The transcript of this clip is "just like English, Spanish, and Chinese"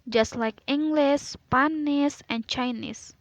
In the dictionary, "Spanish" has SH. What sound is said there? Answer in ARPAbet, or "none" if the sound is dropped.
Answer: S